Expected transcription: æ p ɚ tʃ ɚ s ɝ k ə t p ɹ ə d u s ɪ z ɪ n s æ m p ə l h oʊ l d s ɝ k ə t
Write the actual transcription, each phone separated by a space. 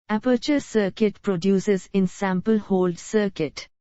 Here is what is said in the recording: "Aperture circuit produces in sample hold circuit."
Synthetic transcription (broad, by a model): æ p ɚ tʃ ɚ s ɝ k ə t p ɹ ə d u s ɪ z ɪ n s æ m p ə l h oʊ l d s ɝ k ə t